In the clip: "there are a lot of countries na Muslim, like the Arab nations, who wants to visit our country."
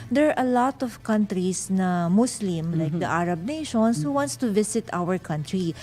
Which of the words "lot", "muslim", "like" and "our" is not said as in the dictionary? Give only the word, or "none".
muslim